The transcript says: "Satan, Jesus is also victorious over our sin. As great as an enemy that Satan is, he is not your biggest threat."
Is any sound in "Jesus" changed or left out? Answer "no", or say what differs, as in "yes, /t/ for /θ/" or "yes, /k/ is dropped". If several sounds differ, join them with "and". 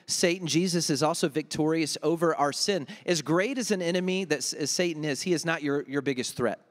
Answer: no